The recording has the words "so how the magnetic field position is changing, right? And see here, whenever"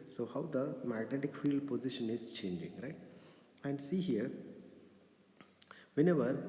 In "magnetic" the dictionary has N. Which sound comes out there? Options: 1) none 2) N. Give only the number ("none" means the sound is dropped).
2